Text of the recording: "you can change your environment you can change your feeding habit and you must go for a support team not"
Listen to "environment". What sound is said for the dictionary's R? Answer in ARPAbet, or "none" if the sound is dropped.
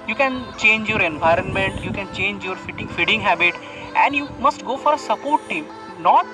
R